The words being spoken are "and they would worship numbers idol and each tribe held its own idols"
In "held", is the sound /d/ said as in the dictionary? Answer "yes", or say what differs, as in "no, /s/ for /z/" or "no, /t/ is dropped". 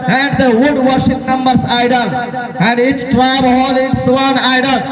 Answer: no, /d/ is dropped